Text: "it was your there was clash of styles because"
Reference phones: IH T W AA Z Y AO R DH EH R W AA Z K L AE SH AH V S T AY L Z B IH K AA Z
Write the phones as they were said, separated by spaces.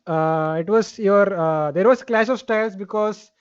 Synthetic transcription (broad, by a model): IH T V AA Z Y AO R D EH R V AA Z K L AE S AH V S T AY L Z B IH K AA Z